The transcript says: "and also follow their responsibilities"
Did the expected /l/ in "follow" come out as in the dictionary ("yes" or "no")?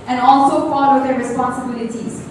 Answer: no